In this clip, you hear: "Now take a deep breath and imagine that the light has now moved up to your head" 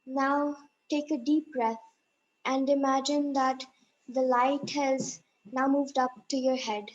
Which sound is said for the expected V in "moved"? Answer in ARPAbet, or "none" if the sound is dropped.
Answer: V